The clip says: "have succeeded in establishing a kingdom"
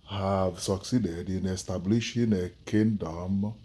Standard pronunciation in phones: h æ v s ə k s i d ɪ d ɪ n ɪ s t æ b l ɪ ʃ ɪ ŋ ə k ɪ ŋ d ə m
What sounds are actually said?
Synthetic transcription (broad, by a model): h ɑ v s ə k s i d ɪ d ɪ n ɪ s t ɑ b l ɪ ʃ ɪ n ə k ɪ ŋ d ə m